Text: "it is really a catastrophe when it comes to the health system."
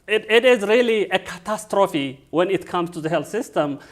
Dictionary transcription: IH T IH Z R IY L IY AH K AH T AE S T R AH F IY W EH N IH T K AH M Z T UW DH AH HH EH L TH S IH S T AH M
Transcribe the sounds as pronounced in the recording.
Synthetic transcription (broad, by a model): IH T IH Z R IY L IY AH K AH T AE S T R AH F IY W EH N IH T K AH M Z T UW DH AH HH EH L TH S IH S T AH M